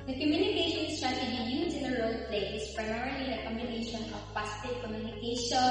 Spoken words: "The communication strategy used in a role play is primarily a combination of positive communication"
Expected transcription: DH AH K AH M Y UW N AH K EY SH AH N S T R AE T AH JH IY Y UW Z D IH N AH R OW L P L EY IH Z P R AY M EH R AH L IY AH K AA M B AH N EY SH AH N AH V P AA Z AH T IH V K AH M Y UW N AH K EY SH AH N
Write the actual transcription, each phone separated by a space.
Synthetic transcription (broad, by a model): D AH K AH M Y UW N AH K EY SH AH N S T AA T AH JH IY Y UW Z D IH N AH R OW L P L EY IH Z P R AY M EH R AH L IY AH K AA M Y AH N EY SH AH N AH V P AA S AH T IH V K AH M Y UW N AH K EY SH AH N